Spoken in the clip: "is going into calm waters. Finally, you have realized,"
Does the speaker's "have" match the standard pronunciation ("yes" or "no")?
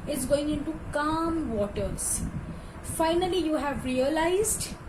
yes